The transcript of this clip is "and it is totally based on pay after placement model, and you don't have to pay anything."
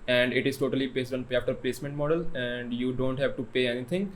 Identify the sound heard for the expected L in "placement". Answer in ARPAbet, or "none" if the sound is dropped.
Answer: L